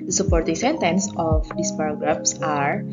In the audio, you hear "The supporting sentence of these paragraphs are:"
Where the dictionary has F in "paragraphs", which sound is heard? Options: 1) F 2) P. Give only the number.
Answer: 2